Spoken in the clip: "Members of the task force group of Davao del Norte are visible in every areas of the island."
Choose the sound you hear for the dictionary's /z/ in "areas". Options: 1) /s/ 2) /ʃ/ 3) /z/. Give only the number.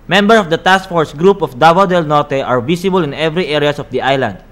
1